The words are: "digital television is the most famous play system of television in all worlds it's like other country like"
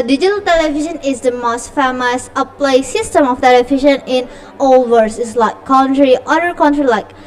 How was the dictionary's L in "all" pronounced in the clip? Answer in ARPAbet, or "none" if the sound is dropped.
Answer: L